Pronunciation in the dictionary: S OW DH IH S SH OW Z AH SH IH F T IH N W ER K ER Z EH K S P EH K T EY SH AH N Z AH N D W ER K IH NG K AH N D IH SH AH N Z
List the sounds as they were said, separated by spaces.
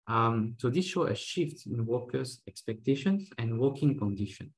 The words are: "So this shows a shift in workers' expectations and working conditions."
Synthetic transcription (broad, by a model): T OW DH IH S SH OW AH SH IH F T IH N W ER K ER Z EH K S P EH K T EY SH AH N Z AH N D W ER K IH NG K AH N D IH SH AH N